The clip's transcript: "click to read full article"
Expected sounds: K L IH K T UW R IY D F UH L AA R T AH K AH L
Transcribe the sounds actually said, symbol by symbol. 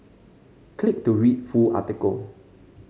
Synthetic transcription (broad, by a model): K L IH K T UW R IY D F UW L AA T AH K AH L